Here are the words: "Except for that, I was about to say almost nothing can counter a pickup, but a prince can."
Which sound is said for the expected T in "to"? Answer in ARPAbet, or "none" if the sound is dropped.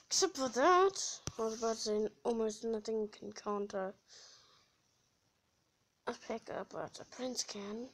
S